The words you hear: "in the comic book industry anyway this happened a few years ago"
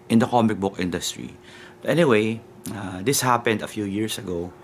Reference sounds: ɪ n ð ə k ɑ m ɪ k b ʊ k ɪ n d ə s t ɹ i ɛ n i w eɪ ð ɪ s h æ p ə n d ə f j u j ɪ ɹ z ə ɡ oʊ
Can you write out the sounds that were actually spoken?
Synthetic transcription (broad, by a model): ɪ n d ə k ɑ m ɪ k b ʊ k ɪ n d ə s t ɹ i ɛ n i w eɪ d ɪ s h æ p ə n d ə f j u j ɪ ɹ s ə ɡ oʊ